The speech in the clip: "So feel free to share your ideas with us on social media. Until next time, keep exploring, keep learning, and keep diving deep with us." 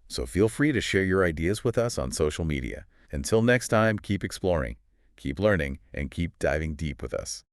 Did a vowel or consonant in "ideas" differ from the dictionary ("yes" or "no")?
no